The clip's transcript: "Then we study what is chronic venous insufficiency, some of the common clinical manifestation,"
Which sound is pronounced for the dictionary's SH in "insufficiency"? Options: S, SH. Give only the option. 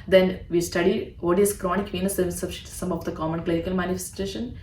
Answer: S